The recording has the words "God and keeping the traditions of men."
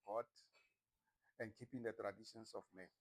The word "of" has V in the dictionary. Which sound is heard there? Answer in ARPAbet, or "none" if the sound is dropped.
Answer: F